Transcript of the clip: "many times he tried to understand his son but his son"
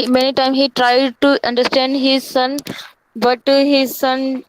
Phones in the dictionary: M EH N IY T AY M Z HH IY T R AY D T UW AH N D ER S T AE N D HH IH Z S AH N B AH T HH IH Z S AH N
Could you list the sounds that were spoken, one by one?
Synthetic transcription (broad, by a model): M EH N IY T AY M HH IY T R AY D T UW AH N D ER S T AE N D HH IH Z S AH N B AH T HH IH Z S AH N